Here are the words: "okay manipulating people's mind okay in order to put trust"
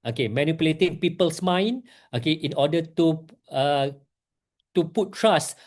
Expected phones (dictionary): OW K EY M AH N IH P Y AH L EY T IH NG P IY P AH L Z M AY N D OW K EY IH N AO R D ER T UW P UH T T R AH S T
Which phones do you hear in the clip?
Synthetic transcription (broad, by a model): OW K EY M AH N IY P Y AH L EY T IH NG P IY P AH L S M AY N OW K EY IH N AO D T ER T UW P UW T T R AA S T